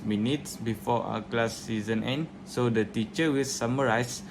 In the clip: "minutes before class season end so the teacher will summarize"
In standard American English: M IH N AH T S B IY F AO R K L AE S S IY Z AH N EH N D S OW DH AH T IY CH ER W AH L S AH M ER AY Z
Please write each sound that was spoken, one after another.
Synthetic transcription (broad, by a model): M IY N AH T S B IY F AO W K L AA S S IY Z AH N EH N D S OW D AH T IY CH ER W AH L S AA M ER AY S